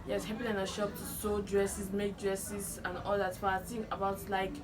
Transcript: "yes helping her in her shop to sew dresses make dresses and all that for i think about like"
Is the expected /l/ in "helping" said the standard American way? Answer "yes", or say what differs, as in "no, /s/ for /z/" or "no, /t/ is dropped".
no, /l/ is dropped